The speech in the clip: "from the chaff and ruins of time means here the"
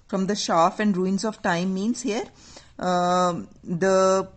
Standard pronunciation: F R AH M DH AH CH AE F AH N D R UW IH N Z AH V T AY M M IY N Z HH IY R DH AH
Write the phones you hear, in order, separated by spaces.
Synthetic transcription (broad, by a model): F R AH M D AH SH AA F AH N D R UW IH N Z AH V T AY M M IY N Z HH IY R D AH